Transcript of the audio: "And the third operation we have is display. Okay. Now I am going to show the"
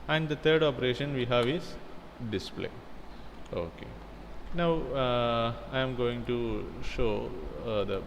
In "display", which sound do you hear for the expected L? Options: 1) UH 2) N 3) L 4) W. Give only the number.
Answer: 3